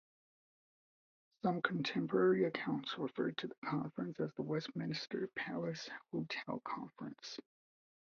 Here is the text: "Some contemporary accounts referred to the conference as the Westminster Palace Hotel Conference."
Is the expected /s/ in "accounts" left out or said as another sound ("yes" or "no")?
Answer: no